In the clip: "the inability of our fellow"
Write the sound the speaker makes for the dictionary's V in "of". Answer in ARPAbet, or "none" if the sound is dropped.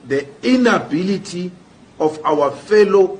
F